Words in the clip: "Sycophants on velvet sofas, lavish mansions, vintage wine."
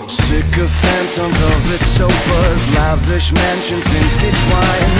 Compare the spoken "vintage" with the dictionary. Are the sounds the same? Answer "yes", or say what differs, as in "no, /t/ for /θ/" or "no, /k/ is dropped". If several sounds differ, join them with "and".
no, /tʃ/ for /dʒ/